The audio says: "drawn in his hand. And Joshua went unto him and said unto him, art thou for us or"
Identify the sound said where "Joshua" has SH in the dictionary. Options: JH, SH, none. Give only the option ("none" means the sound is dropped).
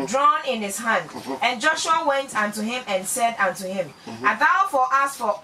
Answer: SH